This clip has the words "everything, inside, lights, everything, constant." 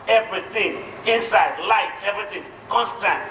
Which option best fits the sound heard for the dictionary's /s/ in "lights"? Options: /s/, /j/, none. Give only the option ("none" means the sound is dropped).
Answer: none